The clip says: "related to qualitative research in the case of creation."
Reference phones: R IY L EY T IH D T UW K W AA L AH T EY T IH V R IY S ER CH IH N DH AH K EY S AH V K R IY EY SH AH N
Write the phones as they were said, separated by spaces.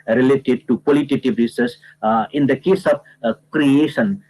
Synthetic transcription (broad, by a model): R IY L EY T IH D T UW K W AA L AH T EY T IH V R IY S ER S IH N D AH K EY S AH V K R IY EY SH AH N